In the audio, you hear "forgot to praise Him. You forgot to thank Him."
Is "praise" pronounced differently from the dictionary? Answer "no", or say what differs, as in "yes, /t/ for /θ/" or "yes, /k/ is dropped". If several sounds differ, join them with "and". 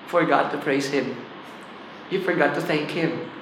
no